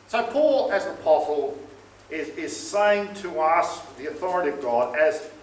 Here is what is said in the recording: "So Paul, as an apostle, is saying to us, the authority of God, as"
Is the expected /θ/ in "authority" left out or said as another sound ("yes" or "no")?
no